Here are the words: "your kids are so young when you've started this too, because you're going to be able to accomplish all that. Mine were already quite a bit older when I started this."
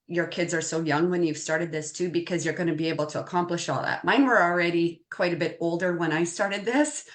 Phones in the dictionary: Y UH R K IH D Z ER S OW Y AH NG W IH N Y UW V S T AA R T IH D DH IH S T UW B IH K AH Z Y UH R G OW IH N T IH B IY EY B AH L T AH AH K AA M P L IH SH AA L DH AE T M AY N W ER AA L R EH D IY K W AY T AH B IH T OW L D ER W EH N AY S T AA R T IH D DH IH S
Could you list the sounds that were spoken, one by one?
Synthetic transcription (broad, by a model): Y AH R K IH D Z ER S OW Y AH NG W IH N Y UW V S T AA R T IH D DH IH S T UW B IH K AH Z Y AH R G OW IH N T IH B IY EY B L T AH AH K AA M P L IH SH AA L DH AE T M AY N W ER L R EH D IY K W AY T AH B IH T OW L D ER W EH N AY S T AA R T IH D DH IH S